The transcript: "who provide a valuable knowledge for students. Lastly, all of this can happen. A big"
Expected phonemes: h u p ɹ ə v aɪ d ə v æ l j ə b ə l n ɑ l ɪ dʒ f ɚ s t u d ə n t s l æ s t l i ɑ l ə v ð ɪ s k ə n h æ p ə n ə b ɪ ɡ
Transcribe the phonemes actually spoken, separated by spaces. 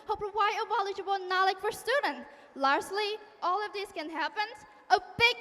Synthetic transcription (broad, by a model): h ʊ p w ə ɪ ə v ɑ l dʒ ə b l n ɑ l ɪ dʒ f ɚ s t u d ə n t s l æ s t l i ɑ l ə v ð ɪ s k ə n h æ p ə n ə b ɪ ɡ